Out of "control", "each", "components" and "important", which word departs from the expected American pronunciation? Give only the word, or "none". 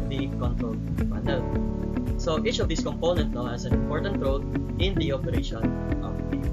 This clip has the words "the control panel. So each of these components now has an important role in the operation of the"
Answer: components